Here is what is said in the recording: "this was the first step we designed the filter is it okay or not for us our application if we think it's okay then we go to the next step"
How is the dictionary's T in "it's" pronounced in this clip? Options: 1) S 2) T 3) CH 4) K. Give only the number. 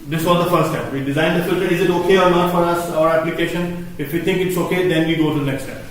2